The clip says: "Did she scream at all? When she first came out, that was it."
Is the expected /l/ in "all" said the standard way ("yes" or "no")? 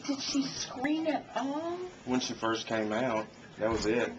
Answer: no